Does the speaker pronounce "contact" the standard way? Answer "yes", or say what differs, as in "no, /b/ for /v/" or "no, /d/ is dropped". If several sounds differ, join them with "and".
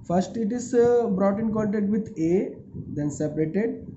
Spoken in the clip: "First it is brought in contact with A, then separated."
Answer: no, /l/ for /n/